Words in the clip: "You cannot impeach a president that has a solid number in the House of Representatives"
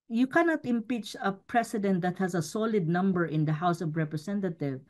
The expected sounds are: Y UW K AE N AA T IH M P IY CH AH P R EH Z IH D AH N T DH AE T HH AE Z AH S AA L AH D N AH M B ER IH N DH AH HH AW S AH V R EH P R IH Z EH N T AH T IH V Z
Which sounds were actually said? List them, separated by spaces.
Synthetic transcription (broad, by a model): Y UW K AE N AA T IH M P IY CH AH P R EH S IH D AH N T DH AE T HH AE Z AH S AA L AH D N AH M B ER IH N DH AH HH AW S AH V R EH P R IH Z EH N T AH T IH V